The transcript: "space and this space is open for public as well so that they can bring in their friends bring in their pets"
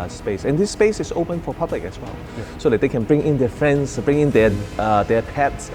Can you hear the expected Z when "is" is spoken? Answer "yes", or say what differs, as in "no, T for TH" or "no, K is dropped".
no, S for Z